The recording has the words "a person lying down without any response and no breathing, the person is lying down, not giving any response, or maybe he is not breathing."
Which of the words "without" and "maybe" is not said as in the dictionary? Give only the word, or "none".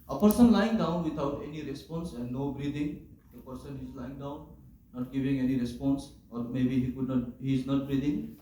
without